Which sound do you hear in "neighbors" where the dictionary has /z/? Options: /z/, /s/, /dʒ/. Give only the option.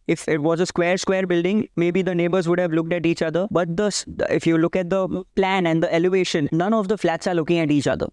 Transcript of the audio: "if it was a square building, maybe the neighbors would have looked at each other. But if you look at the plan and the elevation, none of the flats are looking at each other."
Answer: /z/